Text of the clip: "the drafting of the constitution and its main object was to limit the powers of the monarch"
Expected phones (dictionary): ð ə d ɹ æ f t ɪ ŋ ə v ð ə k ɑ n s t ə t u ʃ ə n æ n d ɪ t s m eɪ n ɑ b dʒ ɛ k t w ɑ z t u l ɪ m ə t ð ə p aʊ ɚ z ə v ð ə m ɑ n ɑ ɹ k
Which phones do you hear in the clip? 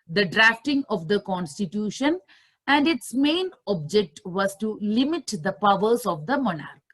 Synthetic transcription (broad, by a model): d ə d ɹ æ f t ɪ ŋ ə v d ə k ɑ n s t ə t u ʃ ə n æ n d ɪ t s m eɪ n ɑ b dʒ ɛ k t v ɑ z t u l ɪ m ə t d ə p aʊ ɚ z ə v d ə m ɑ n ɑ ɹ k